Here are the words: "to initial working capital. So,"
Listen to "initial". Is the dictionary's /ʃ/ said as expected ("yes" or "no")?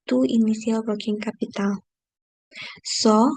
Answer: no